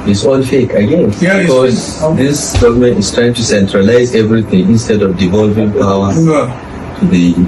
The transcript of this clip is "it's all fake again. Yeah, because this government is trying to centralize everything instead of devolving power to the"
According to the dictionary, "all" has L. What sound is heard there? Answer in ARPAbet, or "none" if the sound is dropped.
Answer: N